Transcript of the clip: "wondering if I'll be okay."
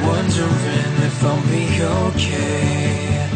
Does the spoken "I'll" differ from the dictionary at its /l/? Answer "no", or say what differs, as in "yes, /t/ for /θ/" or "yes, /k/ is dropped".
yes, /n/ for /l/